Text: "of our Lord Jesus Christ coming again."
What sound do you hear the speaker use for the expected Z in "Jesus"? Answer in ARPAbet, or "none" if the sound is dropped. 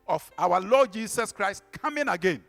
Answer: S